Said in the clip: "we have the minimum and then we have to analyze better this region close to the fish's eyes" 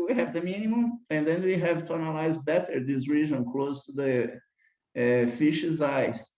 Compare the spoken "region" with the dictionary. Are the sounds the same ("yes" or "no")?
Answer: no